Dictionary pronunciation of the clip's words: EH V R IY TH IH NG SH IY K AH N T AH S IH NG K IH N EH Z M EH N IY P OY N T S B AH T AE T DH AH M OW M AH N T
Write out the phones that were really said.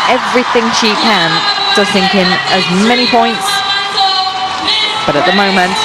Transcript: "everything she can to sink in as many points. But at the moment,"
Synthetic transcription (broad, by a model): EH V R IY TH IH NG SH IY K AH N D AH TH IH NG K IH N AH Z M EH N IY P OY N T S B AH T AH T DH AH M OW M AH N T